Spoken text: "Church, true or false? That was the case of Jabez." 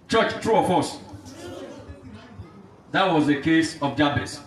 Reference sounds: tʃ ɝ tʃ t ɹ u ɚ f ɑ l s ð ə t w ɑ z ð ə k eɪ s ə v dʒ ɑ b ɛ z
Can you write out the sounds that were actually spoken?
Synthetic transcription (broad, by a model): tʃ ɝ tʃ t ɹ u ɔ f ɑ s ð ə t w ɑ z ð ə k eɪ s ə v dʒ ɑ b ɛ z